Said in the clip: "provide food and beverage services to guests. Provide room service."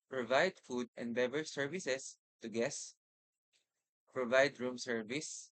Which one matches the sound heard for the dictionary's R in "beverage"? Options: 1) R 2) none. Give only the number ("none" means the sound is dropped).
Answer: 2